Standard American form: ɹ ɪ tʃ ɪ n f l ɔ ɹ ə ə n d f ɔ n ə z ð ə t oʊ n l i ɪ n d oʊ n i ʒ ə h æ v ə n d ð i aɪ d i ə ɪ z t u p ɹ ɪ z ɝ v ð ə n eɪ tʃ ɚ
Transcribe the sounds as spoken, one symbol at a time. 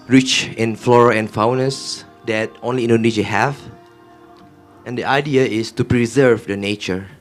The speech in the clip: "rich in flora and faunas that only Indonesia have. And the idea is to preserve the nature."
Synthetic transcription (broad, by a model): ɹ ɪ tʃ ɪ n f l ɔ ɹ ə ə n f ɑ n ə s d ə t oʊ n l i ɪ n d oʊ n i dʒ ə h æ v ə n d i aɪ d i ə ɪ s t u p ɹ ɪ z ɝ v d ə n eɪ tʃ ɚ